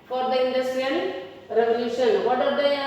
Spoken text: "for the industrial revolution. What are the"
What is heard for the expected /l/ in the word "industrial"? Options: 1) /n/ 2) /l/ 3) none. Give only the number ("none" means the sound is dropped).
1